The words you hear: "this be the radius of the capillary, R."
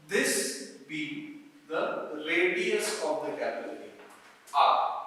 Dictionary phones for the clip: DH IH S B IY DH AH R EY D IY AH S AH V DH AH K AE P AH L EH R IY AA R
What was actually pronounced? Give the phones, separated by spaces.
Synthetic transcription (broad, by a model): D IH S B IY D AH L EY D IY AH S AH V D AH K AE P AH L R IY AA